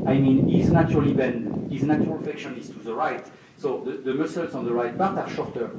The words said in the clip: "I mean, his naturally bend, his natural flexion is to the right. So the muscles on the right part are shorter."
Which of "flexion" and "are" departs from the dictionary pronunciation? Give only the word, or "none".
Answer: flexion